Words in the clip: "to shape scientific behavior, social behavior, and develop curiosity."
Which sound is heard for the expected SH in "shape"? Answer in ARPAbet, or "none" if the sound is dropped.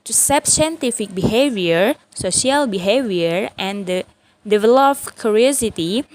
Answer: S